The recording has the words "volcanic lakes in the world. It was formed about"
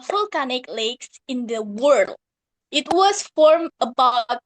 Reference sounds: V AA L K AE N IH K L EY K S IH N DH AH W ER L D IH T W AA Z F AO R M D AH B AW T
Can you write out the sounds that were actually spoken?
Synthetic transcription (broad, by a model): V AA L K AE N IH K L EY K S IH N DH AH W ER L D IH T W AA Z F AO R M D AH B AW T